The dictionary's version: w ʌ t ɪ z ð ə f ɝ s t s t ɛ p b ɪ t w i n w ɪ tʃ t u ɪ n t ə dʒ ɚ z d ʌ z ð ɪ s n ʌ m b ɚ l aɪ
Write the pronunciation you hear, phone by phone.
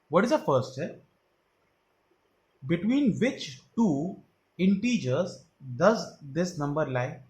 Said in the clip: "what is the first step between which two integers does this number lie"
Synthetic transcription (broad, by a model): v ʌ t ɪ z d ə f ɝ t s t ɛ b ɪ t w i n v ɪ tʃ t u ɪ n t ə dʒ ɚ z d ʌ z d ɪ s n ʌ m b ɚ l aɪ